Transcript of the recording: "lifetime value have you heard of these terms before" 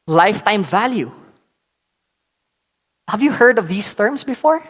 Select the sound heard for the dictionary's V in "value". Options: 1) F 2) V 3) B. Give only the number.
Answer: 2